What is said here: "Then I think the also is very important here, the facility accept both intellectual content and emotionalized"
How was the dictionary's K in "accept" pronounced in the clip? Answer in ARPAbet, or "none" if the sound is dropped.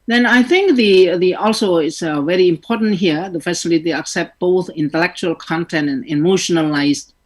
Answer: K